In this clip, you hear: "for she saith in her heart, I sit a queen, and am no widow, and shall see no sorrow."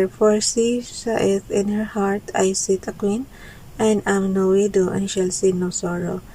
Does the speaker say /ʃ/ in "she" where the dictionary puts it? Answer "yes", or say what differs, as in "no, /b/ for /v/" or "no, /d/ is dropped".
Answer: no, /s/ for /ʃ/